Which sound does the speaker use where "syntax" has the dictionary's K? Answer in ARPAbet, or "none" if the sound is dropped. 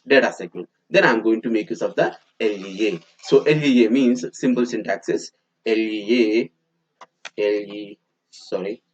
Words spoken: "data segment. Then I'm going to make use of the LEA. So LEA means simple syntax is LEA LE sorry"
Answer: K